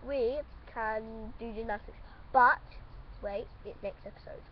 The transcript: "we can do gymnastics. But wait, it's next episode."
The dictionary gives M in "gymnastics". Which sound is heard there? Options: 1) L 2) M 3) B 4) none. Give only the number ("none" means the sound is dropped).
4